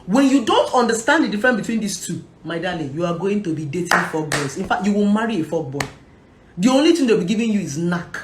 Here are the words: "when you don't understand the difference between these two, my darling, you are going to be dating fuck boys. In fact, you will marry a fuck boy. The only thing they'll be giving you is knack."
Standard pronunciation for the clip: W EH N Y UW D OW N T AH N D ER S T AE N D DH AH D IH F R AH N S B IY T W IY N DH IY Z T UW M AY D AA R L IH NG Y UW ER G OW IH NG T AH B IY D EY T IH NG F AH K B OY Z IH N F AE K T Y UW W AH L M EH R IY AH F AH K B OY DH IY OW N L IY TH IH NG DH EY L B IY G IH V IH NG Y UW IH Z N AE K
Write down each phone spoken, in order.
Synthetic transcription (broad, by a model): W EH N Y UW D OW N T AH N D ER S T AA N D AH D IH F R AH N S B IY T W IY N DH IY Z T UW M AY D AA L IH Y UW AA G OW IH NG T AH B IY D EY T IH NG F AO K B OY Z IH N F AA K T Y UW W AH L M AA R IY AH F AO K B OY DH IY OW N L IY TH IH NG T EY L B IY G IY V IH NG Y UW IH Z N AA K